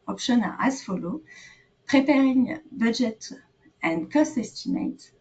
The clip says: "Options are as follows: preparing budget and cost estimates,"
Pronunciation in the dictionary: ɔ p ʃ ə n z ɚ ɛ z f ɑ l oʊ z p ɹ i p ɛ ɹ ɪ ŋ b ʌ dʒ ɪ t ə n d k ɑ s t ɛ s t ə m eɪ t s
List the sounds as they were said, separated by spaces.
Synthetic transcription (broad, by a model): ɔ p ʃ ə n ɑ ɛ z f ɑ l oʊ p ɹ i p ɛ ɹ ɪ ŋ b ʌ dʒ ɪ t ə n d k ɑ s t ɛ s t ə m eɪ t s